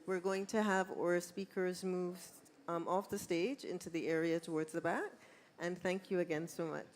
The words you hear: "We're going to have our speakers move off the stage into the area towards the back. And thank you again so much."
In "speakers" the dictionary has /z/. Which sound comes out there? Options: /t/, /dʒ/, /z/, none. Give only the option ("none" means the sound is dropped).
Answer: /z/